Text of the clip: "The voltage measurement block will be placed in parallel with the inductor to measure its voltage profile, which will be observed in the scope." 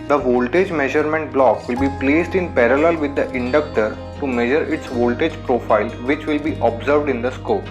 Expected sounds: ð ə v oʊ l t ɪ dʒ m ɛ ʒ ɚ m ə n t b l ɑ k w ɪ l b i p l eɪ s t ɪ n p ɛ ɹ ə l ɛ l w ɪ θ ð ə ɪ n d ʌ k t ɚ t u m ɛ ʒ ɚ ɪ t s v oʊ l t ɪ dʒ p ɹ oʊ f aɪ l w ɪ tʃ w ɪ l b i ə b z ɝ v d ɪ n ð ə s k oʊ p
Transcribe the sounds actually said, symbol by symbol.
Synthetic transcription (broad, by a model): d ə v oʊ l t ɪ dʒ m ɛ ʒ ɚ m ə n t b l ɑ k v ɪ l b i p l eɪ s t ɪ n p ɛ ɹ ə l ɛ l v ɪ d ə ɪ n d ʌ k t ɚ t u m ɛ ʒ ɚ ɪ t s v oʊ l t ɪ dʒ p ɹ oʊ f aɪ l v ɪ tʃ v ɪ l b i ə b z ɝ v d ɪ n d ə s k oʊ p